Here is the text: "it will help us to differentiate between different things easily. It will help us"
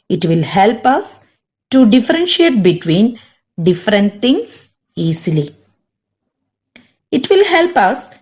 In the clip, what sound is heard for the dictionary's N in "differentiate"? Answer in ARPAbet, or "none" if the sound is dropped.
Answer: N